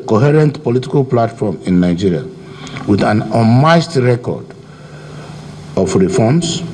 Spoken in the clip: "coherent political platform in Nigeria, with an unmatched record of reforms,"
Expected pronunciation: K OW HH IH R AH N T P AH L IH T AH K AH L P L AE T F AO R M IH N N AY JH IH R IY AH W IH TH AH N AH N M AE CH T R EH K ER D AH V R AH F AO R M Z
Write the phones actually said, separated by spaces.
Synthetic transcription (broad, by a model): K OW HH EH R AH N T P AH L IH T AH K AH L P L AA T F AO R M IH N N AY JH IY R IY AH W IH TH AH N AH M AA S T R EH K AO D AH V R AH F AO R M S